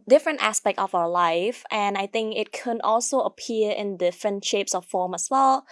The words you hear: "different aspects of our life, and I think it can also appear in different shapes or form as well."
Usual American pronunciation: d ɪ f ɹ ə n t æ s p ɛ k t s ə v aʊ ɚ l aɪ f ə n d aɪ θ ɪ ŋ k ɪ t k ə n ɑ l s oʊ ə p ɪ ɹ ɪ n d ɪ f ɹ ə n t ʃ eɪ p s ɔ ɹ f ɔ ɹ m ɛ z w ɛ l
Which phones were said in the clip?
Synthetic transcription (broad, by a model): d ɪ f ɹ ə n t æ s p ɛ k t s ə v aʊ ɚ l aɪ f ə n aɪ θ ɪ ŋ k ɪ t k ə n ɑ l s oʊ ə p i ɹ ɪ n d ɪ f ɹ ə n t ʃ eɪ p s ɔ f f ɔ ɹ m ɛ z w ɛ l